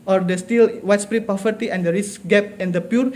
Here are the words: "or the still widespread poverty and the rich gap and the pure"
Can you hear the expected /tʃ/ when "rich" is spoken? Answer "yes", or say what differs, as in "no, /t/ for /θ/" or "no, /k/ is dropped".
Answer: no, /s/ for /tʃ/